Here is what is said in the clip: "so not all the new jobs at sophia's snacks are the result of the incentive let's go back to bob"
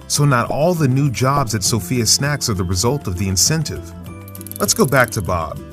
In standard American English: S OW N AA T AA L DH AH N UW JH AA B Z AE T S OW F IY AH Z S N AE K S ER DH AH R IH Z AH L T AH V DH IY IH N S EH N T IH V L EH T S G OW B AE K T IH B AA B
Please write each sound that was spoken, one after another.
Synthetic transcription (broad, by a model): S OW N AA T AA L DH AH N UW JH AA B Z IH T S OW F IY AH S N AE K S ER DH AH R IH Z AH L T AH V DH IY IH N S EH N T IH V L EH T S G OW B AE K T IH B AA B